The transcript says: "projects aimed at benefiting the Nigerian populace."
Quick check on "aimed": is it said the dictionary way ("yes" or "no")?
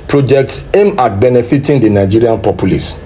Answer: no